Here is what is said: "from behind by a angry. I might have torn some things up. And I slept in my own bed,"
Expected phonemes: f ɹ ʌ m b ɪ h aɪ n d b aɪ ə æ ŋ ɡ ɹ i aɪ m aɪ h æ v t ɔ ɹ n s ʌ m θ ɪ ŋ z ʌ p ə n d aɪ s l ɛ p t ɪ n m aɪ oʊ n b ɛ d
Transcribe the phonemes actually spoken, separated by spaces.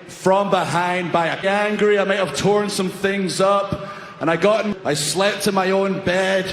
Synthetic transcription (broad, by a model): f ɹ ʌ m b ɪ h aɪ n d b aɪ ə æ ŋ ɡ ɹ i aɪ m aɪ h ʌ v t ɔ ɹ n s ʌ m θ ɪ ŋ z ʌ p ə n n aɪ s l ɛ p t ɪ m aɪ oʊ n b ɛ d